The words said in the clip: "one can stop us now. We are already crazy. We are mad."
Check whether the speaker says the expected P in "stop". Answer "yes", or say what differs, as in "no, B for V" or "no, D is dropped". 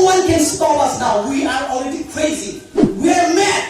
no, P is dropped